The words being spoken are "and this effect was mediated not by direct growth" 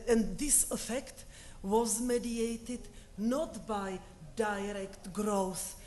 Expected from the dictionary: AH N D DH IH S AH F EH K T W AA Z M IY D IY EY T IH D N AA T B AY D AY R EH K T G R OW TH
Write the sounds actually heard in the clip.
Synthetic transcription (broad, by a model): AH N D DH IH S AH F EH K T W AA Z M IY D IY EY T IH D N AA T B AY D AY R EH K T G R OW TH